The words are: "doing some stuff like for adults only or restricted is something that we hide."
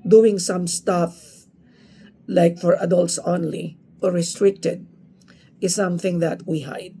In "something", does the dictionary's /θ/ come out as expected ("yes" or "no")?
yes